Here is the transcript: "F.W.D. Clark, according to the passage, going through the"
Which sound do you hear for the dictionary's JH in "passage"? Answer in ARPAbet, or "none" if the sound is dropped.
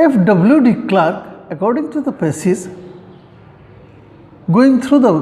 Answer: Z